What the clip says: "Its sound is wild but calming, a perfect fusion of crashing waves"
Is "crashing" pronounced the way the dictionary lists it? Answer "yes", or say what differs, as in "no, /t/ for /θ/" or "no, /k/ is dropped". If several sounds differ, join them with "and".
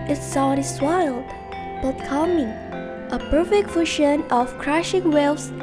yes